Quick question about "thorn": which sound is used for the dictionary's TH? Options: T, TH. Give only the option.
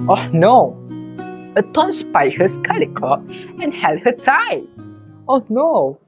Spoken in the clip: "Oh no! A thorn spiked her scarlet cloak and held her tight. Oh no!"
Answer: T